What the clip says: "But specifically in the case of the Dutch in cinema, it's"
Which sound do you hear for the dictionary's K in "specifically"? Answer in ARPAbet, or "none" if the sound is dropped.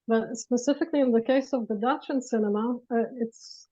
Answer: K